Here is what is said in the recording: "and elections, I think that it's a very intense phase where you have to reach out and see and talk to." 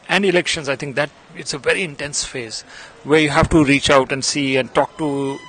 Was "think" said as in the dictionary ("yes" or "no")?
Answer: no